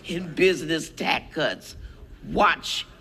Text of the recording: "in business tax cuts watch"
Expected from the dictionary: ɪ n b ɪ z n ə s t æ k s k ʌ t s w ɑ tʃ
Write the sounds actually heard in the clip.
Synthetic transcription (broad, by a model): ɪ n b ɪ z n ə s t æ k k ʌ t s w ɑ tʃ